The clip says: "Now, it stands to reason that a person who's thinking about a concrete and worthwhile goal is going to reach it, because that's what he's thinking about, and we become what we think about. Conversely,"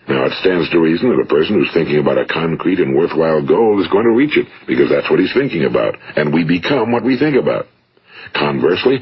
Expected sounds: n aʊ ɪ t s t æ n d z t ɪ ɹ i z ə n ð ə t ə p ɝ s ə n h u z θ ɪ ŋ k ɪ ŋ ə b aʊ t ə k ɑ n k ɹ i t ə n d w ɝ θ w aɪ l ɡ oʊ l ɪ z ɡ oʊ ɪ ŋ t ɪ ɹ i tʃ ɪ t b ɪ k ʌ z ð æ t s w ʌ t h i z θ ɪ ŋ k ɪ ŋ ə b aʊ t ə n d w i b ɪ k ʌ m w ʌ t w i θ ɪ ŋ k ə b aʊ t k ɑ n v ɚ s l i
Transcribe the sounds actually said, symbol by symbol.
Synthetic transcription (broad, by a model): n aʊ ɪ t s t æ n d z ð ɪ ɹ i z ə n ð ə t ə p ɝ s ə n h u z θ ɪ ŋ k ɪ ŋ ə b aʊ t ə k ɑ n k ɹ i t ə n w ɝ θ w aɪ l ɡ oʊ l ɪ z ɡ oʊ ɪ ŋ t ɪ ɹ i tʃ ɪ t b ɪ k ʌ z ð æ t s w ʌ t h i z θ ɪ ŋ k ɪ ŋ ə b aʊ t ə n w i b ɪ k ʌ m w ʌ t w i θ ɪ ŋ k ə b aʊ t k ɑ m v ɚ s l i